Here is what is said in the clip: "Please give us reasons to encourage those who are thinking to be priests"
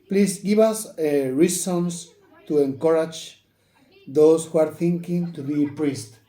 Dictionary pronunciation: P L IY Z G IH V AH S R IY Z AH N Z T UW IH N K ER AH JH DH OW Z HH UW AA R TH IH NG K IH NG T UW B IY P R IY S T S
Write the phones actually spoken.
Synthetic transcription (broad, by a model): P L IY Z G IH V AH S R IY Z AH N S T UW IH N K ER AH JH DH OW S HH UW AA R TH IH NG K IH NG T UW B IY P R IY S T